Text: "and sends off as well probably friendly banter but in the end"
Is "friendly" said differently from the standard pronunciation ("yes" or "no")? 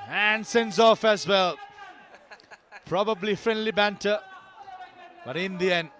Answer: no